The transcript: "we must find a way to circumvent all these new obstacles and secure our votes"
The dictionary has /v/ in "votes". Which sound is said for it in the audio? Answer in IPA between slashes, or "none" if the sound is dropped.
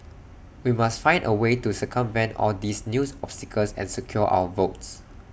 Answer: /v/